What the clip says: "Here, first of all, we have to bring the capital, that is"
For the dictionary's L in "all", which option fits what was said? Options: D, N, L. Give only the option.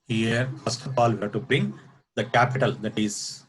L